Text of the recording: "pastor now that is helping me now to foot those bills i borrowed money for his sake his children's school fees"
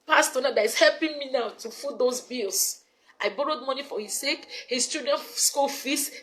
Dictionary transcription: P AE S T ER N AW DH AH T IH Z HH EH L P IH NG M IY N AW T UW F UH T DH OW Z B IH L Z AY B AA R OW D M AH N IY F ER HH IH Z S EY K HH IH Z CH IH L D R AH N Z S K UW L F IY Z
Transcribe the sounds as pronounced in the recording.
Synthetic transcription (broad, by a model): P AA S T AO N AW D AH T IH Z HH EH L P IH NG M IY N AW T UW F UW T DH OW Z B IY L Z AY B AA R OW D M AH N IY F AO HH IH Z S EY K HH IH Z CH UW D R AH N S K UW L F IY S